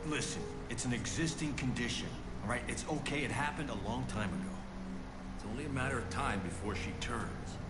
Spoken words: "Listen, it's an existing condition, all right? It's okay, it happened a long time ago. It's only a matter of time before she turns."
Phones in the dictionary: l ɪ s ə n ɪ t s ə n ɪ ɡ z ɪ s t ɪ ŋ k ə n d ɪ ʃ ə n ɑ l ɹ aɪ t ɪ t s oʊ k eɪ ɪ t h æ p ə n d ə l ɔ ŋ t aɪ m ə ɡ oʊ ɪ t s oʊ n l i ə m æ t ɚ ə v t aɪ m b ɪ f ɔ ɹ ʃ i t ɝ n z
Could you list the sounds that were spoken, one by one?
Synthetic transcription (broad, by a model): l ɪ s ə n ɪ t s n ɪ ɡ z ɪ s t ɪ ŋ k ə n d ɪ ʃ ə n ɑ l ɹ aɪ t ɪ t s oʊ k eɪ ɪ t h æ p ə n d ə l ɔ ŋ t aɪ m ə ɡ oʊ ɪ t s oʊ n l i ə m æ t ɚ ə v t aɪ m b ɪ f ɔ ɹ ʃ i t ɝ n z